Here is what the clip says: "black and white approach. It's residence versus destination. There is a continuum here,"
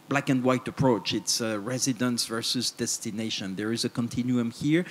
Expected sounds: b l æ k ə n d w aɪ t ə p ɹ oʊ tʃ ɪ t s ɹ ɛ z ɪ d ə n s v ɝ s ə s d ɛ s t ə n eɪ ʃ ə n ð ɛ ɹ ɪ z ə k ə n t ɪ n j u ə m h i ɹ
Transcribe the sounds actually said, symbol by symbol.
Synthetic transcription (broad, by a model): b l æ k ə n d w aɪ t ə p ɹ oʊ tʃ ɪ t s ɹ ɛ z ɪ d ə n s v ɝ s ə s d ɛ s t ə n eɪ ʃ ə n ð ɛ ɹ ɪ z ə k ə n t ɪ n j u ə m h i ɹ